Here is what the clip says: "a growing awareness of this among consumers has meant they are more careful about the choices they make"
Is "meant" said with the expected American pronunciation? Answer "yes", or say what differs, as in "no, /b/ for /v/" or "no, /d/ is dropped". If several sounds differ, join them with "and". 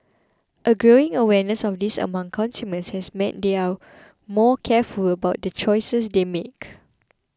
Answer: no, /n/ is dropped